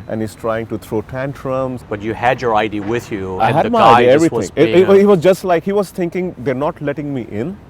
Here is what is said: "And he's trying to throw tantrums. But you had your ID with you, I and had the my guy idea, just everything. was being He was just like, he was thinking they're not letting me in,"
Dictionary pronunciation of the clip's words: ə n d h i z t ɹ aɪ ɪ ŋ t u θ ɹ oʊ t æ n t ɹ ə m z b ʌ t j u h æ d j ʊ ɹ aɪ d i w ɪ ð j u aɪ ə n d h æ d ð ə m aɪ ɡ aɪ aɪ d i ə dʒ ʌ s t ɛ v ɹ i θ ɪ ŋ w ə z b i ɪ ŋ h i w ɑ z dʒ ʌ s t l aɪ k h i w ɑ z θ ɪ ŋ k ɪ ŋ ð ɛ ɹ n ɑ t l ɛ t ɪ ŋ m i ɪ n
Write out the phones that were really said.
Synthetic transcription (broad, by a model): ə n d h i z t ɹ aɪ ɪ ŋ t u t ɹ oʊ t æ n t ɹ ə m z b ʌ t j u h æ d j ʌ ɹ aɪ d i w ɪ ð j u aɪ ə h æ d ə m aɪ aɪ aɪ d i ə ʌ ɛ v ɹ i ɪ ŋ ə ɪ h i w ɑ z dʒ ʌ s t l aɪ k h i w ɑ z t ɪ ŋ k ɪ ŋ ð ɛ ɹ n ɑ t l ɛ t ɪ ŋ m i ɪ n